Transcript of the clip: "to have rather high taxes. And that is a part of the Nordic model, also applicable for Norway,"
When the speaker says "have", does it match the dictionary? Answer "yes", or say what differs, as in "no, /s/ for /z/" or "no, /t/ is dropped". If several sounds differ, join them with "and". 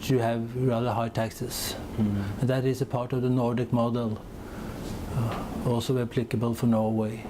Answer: yes